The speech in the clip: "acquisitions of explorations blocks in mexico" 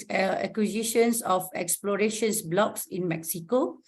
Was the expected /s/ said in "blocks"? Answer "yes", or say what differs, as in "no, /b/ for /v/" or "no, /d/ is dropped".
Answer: yes